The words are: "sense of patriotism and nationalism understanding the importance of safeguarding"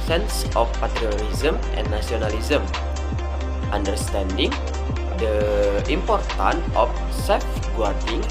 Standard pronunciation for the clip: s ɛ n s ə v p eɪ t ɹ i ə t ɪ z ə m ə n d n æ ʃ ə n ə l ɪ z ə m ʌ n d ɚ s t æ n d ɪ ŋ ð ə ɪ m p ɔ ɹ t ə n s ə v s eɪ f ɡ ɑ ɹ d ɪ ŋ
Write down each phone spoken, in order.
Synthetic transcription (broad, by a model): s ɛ n s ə f p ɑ t ɹ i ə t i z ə m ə n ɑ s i ə n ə l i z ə m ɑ n d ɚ s t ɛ n d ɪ ŋ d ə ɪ m p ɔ ɹ t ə n ə f s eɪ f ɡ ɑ ɹ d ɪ ŋ